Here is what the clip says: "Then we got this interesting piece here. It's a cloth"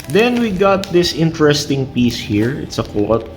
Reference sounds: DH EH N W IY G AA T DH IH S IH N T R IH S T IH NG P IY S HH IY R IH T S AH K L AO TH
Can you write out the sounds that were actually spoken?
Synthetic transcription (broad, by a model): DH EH N W IY G AA T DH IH S IH N T R IH S T IH NG P IY S HH IY R IH T S AH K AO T